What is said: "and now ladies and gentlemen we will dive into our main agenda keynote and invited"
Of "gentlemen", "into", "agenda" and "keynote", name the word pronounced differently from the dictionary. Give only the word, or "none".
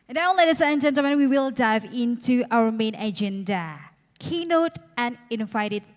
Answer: gentlemen